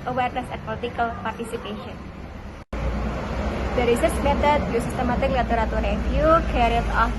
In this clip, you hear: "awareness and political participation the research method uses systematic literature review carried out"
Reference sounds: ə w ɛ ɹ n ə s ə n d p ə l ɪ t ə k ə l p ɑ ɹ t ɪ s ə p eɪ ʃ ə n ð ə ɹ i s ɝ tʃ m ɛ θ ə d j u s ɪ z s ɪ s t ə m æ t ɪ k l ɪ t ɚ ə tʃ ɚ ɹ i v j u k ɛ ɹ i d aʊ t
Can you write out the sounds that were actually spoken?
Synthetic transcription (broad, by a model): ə w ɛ ɹ n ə s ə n p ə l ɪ t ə k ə l p ɑ ɹ t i s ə p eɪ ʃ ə n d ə ɹ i s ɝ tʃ m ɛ t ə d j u s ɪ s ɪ s t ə m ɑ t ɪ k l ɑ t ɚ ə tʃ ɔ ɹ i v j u k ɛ ɹ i aʊ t